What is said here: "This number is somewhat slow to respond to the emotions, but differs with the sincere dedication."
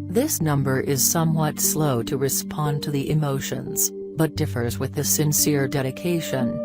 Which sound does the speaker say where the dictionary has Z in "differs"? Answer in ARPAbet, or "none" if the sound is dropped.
Z